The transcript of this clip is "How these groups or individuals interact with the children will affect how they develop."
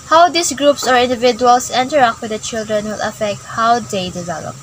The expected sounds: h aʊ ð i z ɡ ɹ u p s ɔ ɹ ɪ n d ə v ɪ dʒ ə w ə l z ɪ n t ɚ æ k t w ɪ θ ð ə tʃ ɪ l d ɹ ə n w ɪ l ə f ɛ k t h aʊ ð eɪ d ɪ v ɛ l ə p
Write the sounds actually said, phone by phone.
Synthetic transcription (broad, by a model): h aʊ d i s ɡ ɹ u p s ɔ ɹ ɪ n d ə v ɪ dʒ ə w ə l s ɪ n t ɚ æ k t w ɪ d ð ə tʃ ɪ l d ɹ ə n w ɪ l ə f ɛ k t h aʊ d eɪ d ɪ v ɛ l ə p